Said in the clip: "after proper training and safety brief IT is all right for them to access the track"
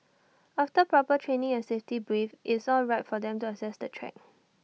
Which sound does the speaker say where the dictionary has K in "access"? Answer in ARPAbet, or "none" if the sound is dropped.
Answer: none